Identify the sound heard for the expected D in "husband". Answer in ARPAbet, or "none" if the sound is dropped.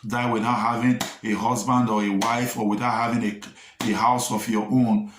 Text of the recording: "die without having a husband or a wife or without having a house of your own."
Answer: D